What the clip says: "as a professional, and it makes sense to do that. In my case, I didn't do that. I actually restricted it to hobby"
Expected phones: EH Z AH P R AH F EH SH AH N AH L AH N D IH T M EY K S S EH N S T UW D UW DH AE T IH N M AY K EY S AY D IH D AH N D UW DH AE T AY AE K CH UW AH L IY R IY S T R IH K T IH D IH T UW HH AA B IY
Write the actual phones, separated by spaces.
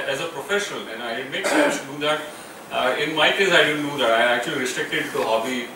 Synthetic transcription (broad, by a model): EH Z AH P R AH F EH SH AH N AH L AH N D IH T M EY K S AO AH S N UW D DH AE T IH N M AY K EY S AY D IH D AH N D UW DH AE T AY AE K CH UW AH L IY R IY S T R IH K T IH D T UW HH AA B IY